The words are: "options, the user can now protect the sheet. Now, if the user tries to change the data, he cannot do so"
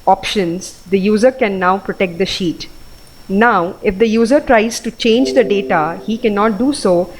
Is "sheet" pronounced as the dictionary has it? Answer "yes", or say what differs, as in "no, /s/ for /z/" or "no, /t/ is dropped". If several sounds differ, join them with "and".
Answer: yes